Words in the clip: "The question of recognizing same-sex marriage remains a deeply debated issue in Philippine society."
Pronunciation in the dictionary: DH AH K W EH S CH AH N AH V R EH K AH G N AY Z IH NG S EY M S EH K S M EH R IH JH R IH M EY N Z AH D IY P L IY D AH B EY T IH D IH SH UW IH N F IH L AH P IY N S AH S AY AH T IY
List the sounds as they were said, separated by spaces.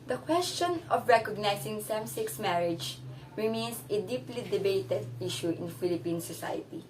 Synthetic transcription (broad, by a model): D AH K W EH S CH AH N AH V R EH K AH G N AY S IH NG S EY M S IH K S M EH R IH JH R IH M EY N S AH D IY P L IY D AH B EY T IH D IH SH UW IH N F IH L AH P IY N S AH S AY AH T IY